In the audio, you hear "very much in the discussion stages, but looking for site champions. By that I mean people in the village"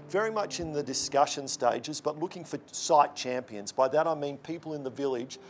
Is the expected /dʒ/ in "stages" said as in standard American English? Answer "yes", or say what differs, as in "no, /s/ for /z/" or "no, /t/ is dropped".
yes